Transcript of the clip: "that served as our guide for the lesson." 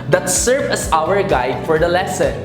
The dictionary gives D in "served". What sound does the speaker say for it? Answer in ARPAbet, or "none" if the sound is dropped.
none